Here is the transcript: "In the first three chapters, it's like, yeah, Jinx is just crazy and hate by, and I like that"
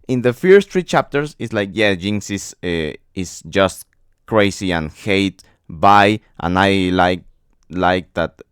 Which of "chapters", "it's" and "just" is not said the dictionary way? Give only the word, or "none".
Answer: chapters